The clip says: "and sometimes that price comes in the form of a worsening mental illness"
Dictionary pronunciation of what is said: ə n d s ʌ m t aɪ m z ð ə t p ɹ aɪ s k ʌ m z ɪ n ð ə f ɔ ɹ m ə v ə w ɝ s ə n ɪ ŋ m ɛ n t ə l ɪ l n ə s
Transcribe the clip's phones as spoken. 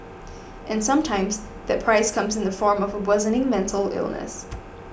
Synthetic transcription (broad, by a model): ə n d s ʌ m t aɪ m z ð ə t p ɹ aɪ s k ʌ m z ɪ n ð ə f ɔ ɹ m ə v ə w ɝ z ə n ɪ ŋ m ɛ n t l ɪ l n ə s